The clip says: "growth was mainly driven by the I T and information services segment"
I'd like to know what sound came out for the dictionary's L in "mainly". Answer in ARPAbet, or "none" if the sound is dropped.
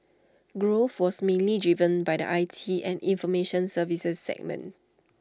L